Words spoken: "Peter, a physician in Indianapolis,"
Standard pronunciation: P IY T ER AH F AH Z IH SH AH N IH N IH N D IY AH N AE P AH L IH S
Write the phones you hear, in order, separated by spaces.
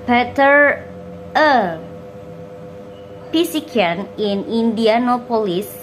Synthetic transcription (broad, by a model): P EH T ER AH P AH S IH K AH N IH N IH N D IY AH N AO P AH L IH S